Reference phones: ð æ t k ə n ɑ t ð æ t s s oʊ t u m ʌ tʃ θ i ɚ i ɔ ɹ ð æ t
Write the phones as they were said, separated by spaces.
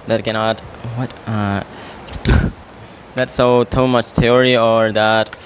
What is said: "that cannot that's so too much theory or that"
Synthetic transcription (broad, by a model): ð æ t k ə n ɑ t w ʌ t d s oʊ t u m ʌ tʃ t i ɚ i ɔ ɹ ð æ t